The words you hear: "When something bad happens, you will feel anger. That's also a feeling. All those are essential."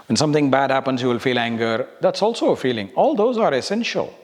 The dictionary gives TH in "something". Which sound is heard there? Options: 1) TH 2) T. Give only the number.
2